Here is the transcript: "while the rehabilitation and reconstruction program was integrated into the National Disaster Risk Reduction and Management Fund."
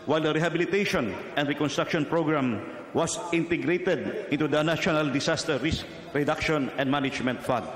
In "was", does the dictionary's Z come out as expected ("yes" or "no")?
no